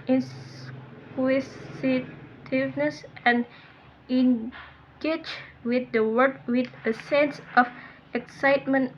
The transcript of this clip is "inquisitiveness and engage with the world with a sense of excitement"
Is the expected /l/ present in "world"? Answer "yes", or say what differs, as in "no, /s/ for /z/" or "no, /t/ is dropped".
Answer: no, /l/ is dropped